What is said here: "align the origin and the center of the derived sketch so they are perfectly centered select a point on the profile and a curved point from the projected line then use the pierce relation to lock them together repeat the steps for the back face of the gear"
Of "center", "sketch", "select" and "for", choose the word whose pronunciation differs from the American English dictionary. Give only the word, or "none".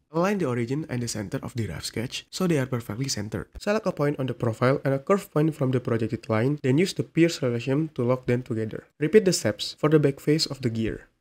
select